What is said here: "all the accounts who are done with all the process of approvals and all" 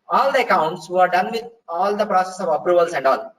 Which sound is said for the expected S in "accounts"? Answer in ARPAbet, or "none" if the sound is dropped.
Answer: S